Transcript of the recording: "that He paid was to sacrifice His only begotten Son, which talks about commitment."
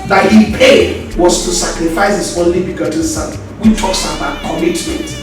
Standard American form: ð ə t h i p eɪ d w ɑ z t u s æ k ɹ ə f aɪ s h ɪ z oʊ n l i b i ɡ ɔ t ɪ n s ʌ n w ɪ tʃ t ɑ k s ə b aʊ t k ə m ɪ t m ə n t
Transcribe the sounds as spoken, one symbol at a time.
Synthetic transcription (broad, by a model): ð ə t h i p eɪ d w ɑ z t u s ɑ k ɹ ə f aɪ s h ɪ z oʊ n l i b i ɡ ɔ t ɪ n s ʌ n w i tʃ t ɑ k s ə b aʊ t k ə m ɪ t m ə n t